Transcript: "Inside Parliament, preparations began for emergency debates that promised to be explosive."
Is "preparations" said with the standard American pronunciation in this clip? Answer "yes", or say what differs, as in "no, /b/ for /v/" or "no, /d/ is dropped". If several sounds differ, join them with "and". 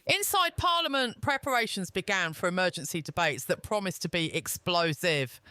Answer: yes